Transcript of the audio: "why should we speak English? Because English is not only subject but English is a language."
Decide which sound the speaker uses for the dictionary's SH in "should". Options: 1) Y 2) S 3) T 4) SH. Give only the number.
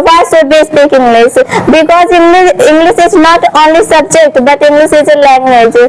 2